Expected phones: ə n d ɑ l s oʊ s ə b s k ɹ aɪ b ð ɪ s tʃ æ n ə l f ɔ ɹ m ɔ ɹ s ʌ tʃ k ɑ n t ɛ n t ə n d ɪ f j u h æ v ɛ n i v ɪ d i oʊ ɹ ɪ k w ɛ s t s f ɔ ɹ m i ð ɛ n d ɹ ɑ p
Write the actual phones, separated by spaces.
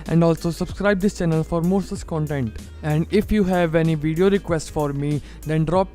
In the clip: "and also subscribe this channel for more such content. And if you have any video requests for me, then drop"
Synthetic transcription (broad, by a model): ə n d ɑ l s oʊ s ə b s k ɹ aɪ b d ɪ s tʃ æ n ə l f ɔ ɹ m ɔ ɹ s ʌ s k ɑ n t ɛ n t ə n d ɪ f j u h æ v ɛ n i v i d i oʊ ɹ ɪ k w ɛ s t f ɔ ɹ m i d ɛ n d ɹ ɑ p